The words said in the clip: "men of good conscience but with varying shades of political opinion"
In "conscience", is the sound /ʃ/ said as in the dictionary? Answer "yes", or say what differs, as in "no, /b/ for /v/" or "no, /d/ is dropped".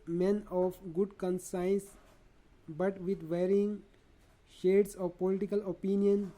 no, /s/ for /ʃ/